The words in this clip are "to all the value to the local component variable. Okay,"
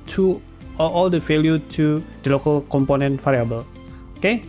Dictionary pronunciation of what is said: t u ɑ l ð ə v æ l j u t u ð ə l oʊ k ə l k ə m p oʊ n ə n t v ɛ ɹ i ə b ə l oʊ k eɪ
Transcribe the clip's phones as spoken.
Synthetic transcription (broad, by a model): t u ɑ l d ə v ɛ l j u t u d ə l oʊ k ə l k ə m p oʊ n ə n t f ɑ ɹ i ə b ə l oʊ k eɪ